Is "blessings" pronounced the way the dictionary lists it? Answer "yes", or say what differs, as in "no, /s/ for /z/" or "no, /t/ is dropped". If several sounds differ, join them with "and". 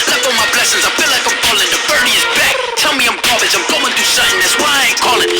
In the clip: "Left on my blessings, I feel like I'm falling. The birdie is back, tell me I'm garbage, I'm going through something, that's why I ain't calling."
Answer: yes